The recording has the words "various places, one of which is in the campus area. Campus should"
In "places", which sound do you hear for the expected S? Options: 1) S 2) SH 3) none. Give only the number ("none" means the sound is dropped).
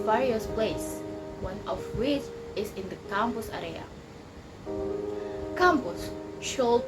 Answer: 3